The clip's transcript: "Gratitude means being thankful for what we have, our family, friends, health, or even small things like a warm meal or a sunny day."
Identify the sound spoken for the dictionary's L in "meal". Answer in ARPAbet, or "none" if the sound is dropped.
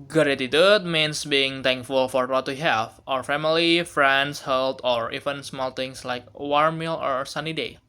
L